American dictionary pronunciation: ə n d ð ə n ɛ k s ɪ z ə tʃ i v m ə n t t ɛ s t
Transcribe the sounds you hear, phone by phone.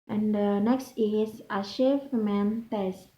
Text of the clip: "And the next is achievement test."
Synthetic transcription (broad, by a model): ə n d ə n ɛ k s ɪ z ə ʃ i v m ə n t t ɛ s